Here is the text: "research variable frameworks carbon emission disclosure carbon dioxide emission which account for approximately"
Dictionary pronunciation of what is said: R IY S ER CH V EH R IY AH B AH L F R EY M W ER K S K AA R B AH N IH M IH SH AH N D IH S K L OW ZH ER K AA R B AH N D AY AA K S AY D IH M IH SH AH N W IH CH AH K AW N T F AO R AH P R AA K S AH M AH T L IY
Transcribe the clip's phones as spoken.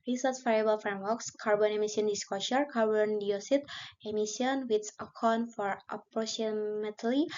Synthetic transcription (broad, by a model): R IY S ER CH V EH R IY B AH L F R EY M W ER K S K AA R B AH N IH M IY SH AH N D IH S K OW SH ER K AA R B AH N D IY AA S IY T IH M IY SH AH N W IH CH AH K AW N F AO R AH P R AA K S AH M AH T L IY